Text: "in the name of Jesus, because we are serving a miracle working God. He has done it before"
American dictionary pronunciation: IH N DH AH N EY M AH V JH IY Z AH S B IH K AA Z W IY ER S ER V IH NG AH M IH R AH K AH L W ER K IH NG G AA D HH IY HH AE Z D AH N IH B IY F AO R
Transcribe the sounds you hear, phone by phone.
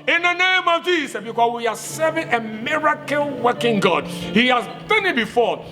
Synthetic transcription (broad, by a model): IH N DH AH N EY M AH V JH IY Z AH B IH K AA S W IY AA S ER V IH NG AH M IH R AH K AH L W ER K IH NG G AA D HH IY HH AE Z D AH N IH B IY F AO